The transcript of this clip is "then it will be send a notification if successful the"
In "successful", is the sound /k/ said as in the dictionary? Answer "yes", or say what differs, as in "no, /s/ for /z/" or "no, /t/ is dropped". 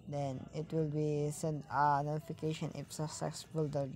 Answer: no, /k/ is dropped